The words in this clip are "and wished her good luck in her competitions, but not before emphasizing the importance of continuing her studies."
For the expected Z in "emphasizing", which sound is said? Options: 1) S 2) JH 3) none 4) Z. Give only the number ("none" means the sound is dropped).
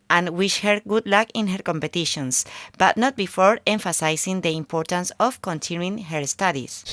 1